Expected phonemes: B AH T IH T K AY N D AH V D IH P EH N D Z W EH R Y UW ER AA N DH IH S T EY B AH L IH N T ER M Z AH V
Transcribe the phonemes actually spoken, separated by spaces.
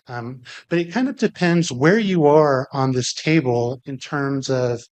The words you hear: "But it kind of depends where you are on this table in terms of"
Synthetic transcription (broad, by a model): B AH T IH T K AY N D AH V D IH P EH N D Z W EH R Y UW ER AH N DH IH S T EY B AH L IH N T ER M Z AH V